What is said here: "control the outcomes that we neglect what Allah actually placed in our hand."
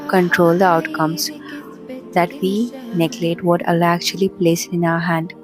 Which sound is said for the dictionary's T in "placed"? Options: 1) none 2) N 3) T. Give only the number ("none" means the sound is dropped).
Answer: 1